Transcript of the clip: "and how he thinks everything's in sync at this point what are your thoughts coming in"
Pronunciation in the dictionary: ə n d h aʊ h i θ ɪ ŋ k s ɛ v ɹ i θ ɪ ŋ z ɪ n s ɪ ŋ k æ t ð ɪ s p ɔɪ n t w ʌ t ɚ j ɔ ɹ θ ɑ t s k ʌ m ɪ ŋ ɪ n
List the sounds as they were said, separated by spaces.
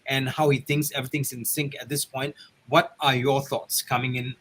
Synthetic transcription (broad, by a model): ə n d h aʊ h i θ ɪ ŋ k s ɛ v ɹ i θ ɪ ŋ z ɪ n s ɪ ŋ k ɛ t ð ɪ s p ɔɪ n t w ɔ t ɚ j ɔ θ ɑ t s k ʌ m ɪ ŋ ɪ n